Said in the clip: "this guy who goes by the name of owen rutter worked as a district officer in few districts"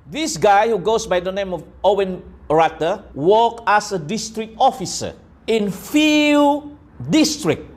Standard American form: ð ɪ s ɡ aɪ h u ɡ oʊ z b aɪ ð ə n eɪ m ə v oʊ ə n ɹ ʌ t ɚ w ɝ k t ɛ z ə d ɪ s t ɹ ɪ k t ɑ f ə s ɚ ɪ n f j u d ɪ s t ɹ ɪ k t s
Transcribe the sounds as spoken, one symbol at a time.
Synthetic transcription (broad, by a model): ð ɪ s ɡ aɪ h u ɡ oʊ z b aɪ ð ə n eɪ m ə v oʊ ə n ɹ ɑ t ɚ w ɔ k ɛ s ə d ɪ s t ɹ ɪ k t ɑ f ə s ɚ ɪ n f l d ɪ s t ɹ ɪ k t